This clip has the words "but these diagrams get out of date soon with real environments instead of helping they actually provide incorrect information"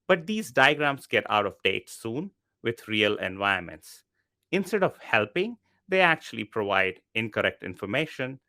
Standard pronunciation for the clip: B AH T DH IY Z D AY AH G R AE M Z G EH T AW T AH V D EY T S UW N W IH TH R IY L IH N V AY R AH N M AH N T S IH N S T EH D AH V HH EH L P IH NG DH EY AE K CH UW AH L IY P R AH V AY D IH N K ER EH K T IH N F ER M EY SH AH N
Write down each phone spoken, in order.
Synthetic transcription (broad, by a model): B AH T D IY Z D AY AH G R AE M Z G EH T AW T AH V D EY T S UW N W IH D R IY L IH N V AY AH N M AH N T S IH N S T EH D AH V HH EH L P IH NG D EY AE K CH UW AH L IY P R AH V AY D IH N K ER EH K T IH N F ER M EY SH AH N